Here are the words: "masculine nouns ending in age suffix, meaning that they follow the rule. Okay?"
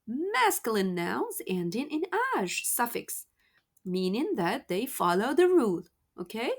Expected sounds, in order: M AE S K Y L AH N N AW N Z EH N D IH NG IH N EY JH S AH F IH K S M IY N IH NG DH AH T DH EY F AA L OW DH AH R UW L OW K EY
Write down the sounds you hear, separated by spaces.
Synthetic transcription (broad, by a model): M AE S K Y L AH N N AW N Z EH N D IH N IH N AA ZH S AH F IH K S M IY N IH NG DH AH T DH EY F AA L OW DH AH R UW L OW K EY